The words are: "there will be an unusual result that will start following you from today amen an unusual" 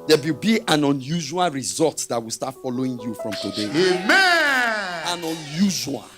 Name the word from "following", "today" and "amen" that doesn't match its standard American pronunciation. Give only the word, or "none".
amen